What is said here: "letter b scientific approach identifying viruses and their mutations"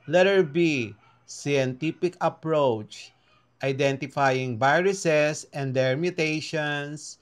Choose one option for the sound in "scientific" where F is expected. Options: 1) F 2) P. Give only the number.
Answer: 2